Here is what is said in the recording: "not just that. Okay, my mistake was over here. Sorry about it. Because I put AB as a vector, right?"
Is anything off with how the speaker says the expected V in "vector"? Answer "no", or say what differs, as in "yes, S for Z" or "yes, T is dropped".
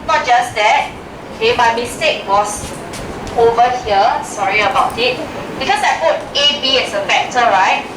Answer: yes, F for V